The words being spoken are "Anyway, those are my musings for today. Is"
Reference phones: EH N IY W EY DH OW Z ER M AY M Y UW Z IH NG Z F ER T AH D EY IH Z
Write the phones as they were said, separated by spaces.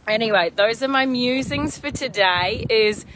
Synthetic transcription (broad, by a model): EH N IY W EY DH OW Z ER M AY M Y UW Z IH NG Z F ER T AH D EY IH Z